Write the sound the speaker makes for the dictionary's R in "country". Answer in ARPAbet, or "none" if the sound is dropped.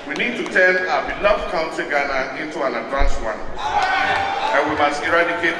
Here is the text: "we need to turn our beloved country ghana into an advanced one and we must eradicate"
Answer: none